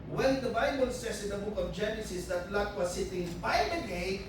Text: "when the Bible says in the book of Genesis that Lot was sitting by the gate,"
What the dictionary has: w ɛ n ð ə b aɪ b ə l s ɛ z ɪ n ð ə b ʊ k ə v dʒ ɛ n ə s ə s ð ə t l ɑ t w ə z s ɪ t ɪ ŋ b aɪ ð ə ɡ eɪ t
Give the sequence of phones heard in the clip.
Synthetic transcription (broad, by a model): w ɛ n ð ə b aɪ b ə l s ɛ s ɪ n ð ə b ʊ k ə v dʒ ɛ n ə s ə s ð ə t l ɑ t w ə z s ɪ t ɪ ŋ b aɪ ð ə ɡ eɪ